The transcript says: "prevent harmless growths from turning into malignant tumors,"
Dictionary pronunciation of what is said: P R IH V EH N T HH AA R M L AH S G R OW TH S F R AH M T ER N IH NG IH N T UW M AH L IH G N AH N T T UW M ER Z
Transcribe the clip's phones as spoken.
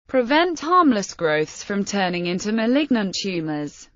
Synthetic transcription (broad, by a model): P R IH V EH N T HH AA M L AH S G R OW TH S F R AH M T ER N IH NG IH N T UW M AH L IH G N AH N T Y UW M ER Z